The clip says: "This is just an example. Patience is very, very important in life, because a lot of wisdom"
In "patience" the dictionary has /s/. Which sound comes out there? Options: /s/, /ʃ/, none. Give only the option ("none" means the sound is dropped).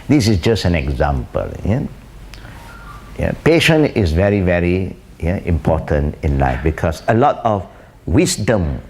none